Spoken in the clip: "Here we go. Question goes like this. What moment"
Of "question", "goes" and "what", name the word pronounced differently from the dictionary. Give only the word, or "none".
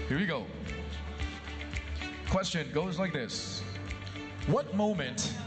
none